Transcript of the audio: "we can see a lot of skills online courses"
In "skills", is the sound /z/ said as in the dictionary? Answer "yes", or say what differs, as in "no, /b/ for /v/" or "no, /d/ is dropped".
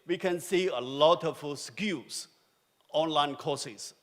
no, /s/ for /z/